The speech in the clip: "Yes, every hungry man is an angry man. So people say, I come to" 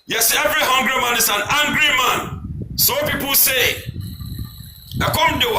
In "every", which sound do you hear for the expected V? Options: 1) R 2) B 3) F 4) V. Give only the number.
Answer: 4